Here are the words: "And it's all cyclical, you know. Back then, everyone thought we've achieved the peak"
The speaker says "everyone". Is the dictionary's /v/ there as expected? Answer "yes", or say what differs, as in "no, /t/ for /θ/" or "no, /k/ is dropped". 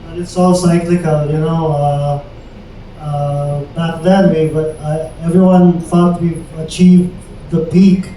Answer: yes